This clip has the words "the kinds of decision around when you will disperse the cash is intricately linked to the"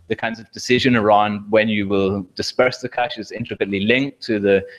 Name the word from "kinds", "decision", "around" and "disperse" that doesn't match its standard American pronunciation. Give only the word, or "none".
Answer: none